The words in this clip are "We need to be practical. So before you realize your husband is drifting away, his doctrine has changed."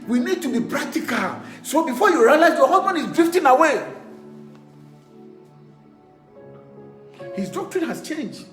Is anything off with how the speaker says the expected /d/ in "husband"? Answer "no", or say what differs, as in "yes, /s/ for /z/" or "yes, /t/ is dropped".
yes, /d/ is dropped